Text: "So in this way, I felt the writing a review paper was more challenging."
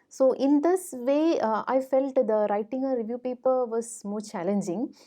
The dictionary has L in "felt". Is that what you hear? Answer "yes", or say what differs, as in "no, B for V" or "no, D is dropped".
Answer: yes